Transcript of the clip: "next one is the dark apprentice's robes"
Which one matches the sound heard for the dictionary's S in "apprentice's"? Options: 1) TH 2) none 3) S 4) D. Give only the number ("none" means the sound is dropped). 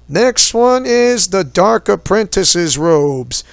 3